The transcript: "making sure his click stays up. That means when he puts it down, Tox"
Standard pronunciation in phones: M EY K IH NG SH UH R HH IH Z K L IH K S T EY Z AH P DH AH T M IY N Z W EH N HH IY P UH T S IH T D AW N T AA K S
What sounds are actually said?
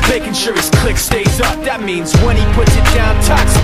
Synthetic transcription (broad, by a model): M EY K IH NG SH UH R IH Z K L IH K S T EY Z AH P DH AH T M IY N Z W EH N IY P UH T S IH T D AW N T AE K S